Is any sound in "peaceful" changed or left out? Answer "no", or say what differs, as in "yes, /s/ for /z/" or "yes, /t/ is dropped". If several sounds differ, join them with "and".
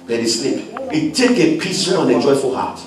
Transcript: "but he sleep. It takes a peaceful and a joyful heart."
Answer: yes, /f/ is dropped and /n/ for /l/